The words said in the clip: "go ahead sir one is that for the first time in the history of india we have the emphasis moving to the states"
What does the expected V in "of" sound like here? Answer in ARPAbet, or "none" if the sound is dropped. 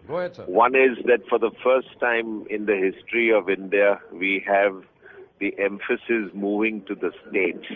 V